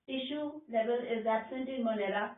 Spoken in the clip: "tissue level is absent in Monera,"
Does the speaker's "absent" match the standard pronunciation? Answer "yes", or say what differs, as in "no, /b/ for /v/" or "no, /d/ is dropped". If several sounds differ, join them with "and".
no, /b/ is dropped